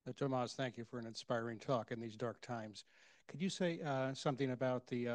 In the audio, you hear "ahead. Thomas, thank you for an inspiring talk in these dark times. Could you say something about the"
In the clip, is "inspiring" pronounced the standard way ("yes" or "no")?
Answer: yes